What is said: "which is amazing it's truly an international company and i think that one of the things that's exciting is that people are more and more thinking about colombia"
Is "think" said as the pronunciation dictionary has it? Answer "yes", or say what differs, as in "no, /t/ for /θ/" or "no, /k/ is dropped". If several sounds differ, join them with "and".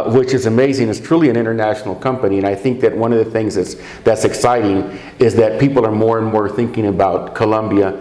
yes